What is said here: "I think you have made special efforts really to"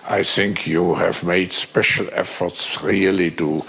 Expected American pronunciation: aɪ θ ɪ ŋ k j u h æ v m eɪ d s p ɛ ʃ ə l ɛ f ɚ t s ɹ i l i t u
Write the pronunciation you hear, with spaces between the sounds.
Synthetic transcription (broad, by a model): aɪ θ ɪ ŋ k j u h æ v m eɪ d s p ɛ ʃ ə l ɛ f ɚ t s ɹ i l i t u